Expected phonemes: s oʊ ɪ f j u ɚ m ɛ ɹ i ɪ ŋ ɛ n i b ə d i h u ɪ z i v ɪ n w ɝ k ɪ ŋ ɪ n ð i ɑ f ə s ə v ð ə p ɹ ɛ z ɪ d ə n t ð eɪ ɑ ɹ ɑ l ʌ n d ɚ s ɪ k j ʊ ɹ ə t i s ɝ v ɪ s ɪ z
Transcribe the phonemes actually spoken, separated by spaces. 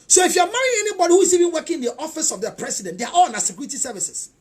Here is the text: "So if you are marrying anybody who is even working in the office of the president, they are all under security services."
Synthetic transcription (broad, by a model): s oʊ ɪ f j u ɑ m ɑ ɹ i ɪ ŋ ɛ n i b ə d i h u ɪ z i v ɪ n w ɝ k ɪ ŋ ɪ n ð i ɑ f ə s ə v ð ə p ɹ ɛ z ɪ d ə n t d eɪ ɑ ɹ ɑ l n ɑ s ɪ k j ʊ ɹ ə t i s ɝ v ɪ s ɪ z